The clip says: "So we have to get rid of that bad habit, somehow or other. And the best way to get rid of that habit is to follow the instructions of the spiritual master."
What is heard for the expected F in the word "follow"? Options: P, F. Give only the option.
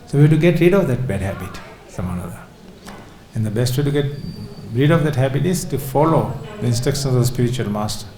F